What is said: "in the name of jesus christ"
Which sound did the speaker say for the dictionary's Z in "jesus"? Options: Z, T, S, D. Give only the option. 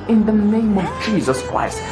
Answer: Z